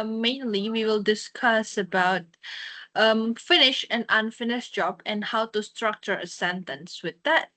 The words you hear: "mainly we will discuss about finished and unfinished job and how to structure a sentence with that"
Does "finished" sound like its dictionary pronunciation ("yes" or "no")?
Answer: no